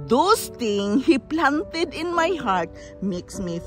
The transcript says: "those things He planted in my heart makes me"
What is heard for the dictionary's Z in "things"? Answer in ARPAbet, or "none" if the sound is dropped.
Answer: none